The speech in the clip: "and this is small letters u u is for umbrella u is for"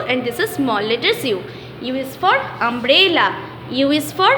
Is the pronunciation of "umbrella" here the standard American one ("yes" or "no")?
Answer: yes